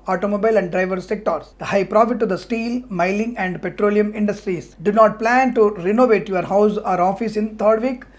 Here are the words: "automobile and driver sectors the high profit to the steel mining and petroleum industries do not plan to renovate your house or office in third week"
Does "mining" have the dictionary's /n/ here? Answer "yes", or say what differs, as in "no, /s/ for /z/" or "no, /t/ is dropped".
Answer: no, /l/ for /n/